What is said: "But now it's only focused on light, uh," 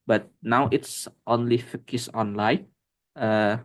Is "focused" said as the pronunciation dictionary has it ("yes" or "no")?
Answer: no